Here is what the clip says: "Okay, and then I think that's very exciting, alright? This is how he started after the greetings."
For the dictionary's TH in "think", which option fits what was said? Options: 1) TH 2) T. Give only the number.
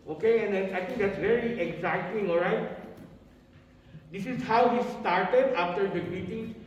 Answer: 2